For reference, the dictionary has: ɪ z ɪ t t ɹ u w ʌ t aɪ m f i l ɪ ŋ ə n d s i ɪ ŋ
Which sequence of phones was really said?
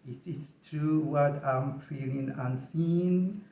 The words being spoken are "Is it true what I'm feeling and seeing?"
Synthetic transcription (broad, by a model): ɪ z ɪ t t ɹ u w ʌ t aɪ m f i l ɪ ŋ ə n s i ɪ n